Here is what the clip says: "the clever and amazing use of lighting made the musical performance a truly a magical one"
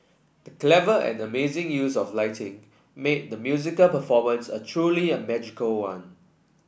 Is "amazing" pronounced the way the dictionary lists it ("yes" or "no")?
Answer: yes